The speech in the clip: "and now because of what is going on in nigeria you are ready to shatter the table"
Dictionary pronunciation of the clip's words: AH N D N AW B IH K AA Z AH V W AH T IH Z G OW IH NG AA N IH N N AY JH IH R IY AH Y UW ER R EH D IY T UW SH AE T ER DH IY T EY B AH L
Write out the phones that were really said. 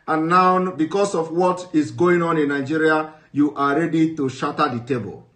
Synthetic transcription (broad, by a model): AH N N AW B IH K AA S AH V W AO T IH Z G OW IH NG AA N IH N N AY JH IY R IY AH Y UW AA R EH D IY T UW SH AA T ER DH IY T EY B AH L